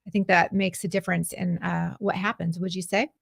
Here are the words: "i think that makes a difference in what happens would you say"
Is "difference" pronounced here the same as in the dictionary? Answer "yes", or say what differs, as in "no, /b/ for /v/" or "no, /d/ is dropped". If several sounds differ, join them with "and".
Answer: yes